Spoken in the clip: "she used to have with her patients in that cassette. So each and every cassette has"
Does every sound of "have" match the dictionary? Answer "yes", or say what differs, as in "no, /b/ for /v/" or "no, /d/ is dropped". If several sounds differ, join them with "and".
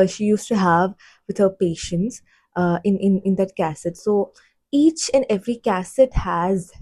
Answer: yes